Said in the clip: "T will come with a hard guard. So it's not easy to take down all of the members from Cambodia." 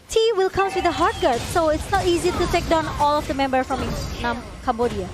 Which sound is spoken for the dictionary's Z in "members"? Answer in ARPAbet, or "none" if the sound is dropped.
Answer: none